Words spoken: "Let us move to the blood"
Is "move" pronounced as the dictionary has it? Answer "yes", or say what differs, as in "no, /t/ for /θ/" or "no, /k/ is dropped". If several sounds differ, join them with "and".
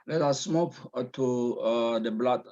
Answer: no, /p/ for /v/